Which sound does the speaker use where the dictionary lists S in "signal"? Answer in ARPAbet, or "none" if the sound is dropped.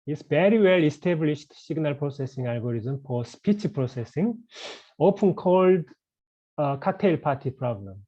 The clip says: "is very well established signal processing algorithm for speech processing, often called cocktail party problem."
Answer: SH